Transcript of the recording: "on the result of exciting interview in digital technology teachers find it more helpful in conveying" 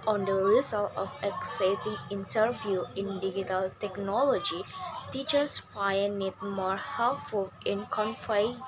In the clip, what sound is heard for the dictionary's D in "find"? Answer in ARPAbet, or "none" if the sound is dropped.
none